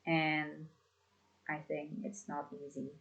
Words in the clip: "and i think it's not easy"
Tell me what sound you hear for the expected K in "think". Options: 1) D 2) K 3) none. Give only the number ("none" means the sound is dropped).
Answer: 2